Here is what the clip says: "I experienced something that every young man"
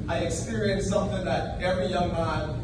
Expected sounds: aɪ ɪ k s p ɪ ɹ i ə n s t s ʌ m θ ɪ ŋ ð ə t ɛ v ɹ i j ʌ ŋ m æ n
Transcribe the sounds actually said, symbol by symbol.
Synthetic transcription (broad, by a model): aɪ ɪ k s p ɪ ɹ i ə n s s ʌ m θ ɪ ŋ ð ə t ɛ v ɹ i j ʌ ŋ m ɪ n